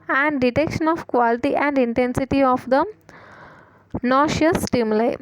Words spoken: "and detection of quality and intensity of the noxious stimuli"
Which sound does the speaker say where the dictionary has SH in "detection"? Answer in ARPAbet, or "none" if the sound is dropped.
SH